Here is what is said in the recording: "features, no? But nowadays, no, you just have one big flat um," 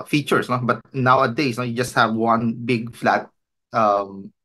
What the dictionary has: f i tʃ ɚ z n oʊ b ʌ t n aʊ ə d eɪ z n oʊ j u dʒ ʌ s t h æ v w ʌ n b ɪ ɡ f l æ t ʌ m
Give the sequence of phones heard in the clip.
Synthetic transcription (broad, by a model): f i tʃ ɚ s n oʊ b ʌ t n aʊ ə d eɪ s n oʊ j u dʒ ʌ s t h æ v w ʌ n b ɪ ɡ f l æ t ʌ m